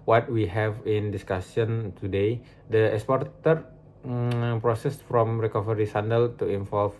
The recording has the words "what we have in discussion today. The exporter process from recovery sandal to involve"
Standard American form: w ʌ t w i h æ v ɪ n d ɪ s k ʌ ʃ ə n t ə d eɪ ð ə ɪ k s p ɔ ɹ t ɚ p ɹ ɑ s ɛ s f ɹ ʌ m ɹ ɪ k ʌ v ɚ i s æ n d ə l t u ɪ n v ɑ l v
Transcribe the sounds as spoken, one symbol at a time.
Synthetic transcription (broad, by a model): w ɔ t w i h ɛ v ɪ n d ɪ s k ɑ s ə n t ə d eɪ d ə ɪ k s p ɔ ɹ t ɚ p ɹ ɑ s ɛ s f ɹ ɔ m ɹ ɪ k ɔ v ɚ i s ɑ n d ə l t u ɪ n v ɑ l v